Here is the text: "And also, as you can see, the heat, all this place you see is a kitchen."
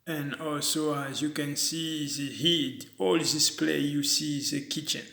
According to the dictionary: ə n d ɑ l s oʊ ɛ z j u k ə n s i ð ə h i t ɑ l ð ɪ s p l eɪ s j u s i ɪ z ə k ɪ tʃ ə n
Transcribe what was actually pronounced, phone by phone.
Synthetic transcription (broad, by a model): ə n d ɑ l s oʊ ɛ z j u k ə n s i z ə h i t ɑ l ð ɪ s p l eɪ j u s i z ə k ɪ tʃ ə n